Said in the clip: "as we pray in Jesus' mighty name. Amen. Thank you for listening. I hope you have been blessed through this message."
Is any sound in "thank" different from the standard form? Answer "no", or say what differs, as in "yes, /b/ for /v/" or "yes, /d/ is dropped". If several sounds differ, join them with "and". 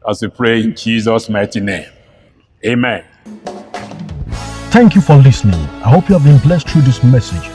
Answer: no